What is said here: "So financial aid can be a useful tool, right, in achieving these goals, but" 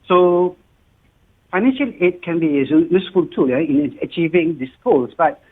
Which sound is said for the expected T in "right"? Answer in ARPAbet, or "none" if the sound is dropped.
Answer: none